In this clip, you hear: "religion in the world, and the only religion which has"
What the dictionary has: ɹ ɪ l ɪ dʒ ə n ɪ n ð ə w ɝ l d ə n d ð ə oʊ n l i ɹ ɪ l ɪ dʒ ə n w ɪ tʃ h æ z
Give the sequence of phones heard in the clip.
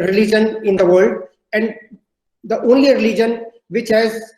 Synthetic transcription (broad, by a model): ɹ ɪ l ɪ dʒ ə n ɪ n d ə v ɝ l d ə n d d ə oʊ n l i ɹ ɪ l ɪ dʒ ə n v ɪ tʃ h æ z